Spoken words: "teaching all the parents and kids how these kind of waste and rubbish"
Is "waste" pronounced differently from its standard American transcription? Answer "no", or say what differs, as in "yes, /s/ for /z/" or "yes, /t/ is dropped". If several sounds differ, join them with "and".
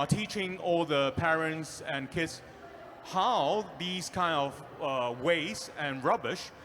yes, /t/ is dropped